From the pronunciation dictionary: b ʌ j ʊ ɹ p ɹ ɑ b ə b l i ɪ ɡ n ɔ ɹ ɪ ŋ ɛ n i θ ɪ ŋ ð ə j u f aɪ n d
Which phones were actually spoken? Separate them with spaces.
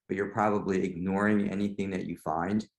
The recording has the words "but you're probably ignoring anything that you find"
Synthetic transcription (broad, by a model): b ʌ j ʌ ɹ p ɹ ɑ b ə b l i ɪ ɡ n ɔ ɹ ɪ ŋ ɛ n i θ ɪ ŋ ð ə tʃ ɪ f aɪ n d